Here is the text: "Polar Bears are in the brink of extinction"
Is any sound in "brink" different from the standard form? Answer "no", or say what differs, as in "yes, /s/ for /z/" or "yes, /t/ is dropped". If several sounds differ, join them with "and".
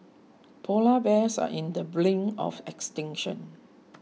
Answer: yes, /l/ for /ɹ/ and /k/ is dropped